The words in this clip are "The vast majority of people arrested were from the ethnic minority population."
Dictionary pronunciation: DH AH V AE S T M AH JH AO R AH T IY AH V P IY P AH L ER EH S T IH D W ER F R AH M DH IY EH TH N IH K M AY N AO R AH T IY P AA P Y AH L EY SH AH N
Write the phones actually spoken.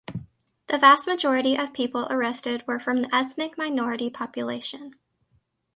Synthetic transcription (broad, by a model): DH AH V AE S T M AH JH AO R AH T IY AH V P IY P L ER EH S T IH D W ER F R AH M DH IY EH TH N IH K M AY N AO R AH T IY P AA P Y AH L EY SH AH N